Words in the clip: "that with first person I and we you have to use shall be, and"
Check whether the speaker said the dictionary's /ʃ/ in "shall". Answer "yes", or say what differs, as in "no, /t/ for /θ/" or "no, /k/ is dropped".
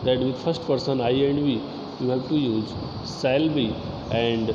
no, /s/ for /ʃ/